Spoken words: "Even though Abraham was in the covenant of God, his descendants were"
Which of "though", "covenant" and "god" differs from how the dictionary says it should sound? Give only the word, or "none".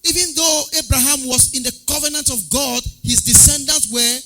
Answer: none